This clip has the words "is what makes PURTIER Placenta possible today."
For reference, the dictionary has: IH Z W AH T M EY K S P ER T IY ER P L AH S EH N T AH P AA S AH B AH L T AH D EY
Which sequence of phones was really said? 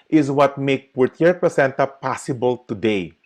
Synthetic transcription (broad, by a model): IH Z W AH T M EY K P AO T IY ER P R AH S EH N T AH P AA S AH B AH L T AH D EY